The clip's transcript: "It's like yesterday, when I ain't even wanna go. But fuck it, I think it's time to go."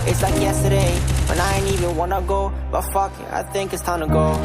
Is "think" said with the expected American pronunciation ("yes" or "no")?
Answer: yes